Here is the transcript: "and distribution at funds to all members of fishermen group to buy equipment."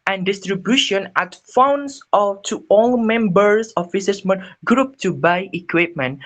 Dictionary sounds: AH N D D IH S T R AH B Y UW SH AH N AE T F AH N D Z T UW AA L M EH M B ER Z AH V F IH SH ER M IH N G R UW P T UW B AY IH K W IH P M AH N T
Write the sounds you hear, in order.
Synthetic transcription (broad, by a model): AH N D D IH S T R AH B Y UW SH AH N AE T F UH N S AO T UW AA L M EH M B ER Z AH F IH S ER M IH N G R UW P T UW B AY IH K W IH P M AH N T